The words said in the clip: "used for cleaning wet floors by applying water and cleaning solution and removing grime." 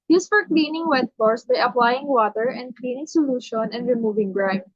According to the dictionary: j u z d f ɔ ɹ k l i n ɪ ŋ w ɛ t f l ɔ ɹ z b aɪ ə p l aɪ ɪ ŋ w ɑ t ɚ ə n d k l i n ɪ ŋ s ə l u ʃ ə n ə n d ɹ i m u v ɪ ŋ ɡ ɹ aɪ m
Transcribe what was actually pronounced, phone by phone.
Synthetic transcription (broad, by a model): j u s f ɔ ɹ k l i n ɪ ŋ w ɛ t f ɔ ɹ s b aɪ ə p l aɪ ɪ ŋ w ɑ t ɚ ə n d k l i n ɪ ŋ s ə l u ʃ ə n ə n d ɹ i m u v ɪ ŋ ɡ ɹ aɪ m